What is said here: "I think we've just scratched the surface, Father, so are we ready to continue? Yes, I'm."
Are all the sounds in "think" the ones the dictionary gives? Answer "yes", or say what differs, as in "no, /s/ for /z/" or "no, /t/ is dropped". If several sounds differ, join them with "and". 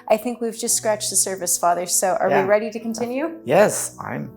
yes